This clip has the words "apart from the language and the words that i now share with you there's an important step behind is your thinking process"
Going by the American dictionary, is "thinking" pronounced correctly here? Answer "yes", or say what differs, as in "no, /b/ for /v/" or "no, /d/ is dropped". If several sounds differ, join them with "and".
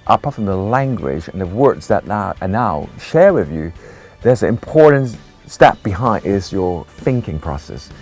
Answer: yes